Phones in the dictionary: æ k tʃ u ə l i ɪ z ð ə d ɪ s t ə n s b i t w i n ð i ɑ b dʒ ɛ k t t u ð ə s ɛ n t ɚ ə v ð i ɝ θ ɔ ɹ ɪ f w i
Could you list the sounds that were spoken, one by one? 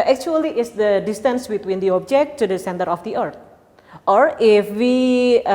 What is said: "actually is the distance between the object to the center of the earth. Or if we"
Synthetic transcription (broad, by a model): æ k tʃ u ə l i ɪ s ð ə d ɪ s t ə n s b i t w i n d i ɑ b dʒ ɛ k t t u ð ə s ɛ n t ɚ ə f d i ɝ t ɔ ɹ ɪ f w i